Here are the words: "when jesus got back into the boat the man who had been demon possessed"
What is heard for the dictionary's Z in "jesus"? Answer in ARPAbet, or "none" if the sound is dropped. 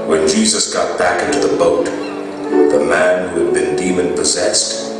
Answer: Z